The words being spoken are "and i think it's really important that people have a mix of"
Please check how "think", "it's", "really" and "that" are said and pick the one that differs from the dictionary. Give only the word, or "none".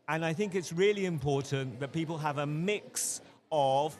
none